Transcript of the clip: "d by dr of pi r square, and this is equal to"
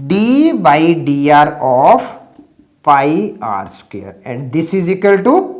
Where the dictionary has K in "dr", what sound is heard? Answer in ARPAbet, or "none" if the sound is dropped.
none